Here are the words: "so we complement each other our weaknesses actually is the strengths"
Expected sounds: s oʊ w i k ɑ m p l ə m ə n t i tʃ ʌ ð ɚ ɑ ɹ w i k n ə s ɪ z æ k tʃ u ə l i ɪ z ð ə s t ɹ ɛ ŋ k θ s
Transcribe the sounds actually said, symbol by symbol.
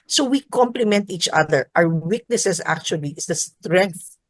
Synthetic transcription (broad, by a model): s oʊ w i k ɑ m p l ə m ə n t i tʃ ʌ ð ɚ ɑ w w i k n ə s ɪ s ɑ k tʃ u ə l i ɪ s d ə s t ɹ ɛ ŋ k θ